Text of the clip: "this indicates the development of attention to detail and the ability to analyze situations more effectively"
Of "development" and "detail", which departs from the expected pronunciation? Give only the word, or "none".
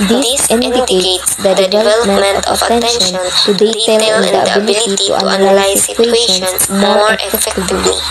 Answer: none